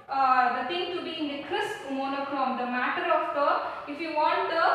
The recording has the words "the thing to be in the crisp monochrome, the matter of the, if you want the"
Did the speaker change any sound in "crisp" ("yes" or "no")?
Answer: yes